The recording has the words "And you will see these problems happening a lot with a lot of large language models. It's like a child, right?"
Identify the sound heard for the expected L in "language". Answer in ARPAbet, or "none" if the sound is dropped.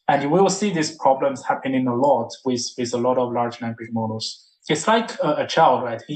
N